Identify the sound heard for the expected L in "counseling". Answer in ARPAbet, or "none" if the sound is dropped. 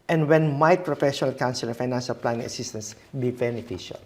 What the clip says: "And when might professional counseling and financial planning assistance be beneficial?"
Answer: none